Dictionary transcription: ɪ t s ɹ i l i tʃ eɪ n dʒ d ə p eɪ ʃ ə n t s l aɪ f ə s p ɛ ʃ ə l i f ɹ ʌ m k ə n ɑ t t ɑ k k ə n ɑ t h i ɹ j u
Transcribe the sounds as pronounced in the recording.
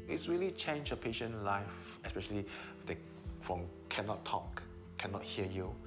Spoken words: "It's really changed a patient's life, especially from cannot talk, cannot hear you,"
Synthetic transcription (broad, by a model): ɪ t s ɹ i l i tʃ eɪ n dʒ ə p eɪ ʃ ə n l aɪ f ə s p ɛ ʃ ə l i f ɹ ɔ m k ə n ɑ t t ɑ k k ə n ɑ t h i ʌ j u